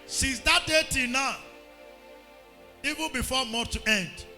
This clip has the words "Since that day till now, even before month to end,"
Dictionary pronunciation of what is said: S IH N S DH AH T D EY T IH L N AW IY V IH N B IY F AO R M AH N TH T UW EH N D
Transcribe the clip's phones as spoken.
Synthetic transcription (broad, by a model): S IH N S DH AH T D EY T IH N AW IY V IH N B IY F AO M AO T UW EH N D